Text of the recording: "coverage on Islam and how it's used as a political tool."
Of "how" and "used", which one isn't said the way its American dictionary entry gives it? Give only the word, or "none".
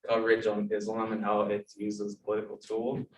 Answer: used